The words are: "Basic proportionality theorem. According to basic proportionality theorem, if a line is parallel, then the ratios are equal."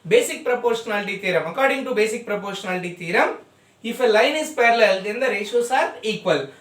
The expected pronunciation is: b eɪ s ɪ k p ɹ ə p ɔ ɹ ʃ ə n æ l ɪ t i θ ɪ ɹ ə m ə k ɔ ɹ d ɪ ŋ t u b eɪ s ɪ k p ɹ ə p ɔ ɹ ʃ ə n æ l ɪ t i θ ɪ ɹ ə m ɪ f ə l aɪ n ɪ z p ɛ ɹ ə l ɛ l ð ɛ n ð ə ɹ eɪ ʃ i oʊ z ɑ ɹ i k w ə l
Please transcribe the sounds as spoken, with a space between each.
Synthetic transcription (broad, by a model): b eɪ s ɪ k p ɹ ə p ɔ ɹ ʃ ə n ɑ l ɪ t i t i ɹ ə m ə k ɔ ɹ d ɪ ŋ t u b eɪ s ɪ k p ɹ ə p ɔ ɹ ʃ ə n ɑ l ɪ t i t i ɹ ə m ɪ f ə l aɪ n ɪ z p ɛ ɹ ə l ɛ l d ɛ n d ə ɹ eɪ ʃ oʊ s ɑ ɹ i k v ə l